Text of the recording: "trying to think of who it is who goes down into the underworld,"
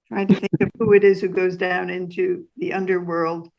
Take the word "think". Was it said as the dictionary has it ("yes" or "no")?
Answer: yes